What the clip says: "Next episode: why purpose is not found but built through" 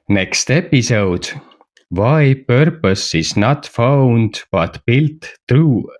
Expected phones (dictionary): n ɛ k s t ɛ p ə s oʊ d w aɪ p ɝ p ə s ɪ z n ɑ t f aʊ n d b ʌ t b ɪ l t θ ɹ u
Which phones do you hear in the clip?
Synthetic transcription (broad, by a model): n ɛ k s t ɛ p ə s oʊ d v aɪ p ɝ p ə s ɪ s n ɑ t f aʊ n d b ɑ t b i l t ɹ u